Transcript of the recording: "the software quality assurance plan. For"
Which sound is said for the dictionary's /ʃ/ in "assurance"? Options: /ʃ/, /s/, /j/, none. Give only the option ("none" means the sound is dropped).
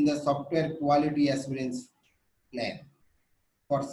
/s/